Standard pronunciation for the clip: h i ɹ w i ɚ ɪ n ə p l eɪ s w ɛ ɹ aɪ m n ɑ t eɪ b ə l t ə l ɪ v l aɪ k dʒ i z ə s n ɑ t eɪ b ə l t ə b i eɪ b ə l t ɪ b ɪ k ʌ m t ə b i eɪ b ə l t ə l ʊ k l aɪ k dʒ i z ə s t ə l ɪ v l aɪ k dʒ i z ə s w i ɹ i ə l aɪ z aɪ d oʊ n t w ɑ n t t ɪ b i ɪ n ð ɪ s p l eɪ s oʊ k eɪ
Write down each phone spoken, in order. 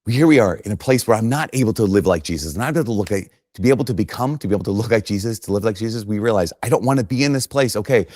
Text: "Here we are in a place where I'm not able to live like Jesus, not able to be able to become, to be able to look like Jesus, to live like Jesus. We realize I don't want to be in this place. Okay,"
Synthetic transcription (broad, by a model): h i ɹ w i ɚ ɪ n ə p l eɪ s w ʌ ɹ aɪ m n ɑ t eɪ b l t ə l ɪ v l aɪ k ʒ i z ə s n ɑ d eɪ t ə l t ə b i eɪ b l t ɪ b ɪ k ʌ m t ə b i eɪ ə l t ə l ʊ k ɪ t dʒ i z ə s t ə l ɪ v l aɪ k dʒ i z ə s w i ɹ i ə l aɪ z aɪ d oʊ n t w ɑ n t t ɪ b i ɪ n ð ɪ s p l eɪ s oʊ k eɪ